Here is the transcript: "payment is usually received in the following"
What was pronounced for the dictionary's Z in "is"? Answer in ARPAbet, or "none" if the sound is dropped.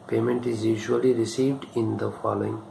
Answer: Z